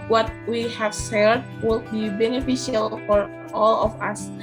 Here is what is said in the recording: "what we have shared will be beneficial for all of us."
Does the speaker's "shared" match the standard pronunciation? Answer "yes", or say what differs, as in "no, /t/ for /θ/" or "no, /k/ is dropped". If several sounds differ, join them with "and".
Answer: no, /s/ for /ʃ/